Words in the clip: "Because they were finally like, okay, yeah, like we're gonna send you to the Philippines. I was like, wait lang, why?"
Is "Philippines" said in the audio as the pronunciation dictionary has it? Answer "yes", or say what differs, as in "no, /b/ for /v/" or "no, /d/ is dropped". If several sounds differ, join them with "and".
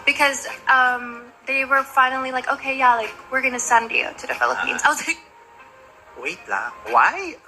yes